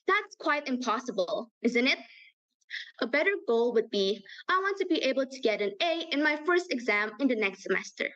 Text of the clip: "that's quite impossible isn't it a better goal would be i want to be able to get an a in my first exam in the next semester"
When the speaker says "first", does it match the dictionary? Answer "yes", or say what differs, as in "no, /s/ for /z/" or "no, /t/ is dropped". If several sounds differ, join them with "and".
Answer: yes